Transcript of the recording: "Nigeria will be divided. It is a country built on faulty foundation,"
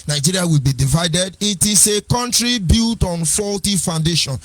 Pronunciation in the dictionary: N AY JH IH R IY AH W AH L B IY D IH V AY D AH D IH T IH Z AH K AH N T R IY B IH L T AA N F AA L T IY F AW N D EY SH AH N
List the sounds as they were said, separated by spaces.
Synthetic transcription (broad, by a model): N AY JH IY R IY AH W AH L B IY D IH V AY D AH D IH T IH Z AH K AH N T R IY B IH L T AA N F AA L T IY F AW N D EY SH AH N